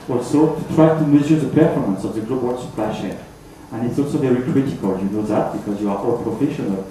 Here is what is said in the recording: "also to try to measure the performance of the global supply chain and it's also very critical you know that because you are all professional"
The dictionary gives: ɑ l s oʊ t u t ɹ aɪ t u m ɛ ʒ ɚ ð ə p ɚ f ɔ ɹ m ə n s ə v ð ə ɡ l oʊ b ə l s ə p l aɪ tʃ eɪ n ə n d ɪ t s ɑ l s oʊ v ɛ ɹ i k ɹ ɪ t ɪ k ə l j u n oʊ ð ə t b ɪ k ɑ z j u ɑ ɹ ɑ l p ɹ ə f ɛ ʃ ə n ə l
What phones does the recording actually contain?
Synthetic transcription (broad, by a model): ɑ l s oʊ t u t ɹ aɪ t u m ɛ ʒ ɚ ð ə p ɚ f ɔ ɹ m ə n s ə v ð ə ɡ l oʊ b ə l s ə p l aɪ ʃ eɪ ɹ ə n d ɪ t s ɑ l s oʊ v ɛ ɹ i k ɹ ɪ t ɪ k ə l j u n oʊ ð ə t b ɪ k ɑ z j u ɑ ɹ ɑ l p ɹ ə f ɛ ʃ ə n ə l